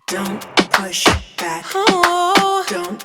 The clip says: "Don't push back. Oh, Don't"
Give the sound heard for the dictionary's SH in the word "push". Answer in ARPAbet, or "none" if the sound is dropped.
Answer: SH